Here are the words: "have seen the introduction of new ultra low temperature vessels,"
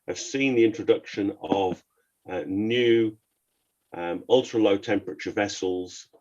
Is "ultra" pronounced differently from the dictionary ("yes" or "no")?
no